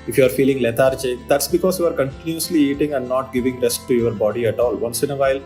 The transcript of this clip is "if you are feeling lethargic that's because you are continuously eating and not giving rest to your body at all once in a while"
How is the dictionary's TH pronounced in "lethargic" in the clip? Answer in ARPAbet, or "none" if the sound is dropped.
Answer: T